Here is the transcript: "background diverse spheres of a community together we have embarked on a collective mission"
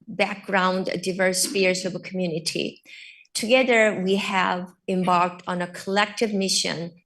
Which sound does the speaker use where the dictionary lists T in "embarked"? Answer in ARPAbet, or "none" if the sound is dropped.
T